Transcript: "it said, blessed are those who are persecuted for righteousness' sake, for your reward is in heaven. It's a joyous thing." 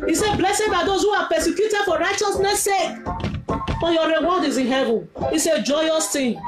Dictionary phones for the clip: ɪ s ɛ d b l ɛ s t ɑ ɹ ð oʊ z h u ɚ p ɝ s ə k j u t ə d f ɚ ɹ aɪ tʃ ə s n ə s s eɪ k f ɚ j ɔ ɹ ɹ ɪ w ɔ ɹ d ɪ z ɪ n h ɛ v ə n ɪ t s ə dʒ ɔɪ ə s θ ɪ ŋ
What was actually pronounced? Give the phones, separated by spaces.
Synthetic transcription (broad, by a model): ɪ s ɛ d b l ɛ s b ɑ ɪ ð oʊ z h u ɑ p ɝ s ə k j u t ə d f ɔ ɹ aɪ tʃ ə s n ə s s eɪ k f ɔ j ɔ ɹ ɹ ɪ w ɔ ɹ d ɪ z ɪ n h ɛ v ə n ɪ s ə dʒ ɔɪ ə s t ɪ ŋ